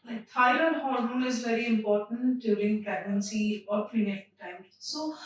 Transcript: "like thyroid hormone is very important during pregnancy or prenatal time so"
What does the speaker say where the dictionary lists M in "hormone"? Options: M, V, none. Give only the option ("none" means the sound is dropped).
none